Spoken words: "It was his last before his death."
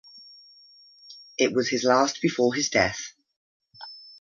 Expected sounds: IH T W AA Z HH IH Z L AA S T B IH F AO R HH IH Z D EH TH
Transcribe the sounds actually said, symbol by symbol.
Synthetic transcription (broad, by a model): IH T W AA Z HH IH Z L AA S T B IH F AO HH IH Z D EH TH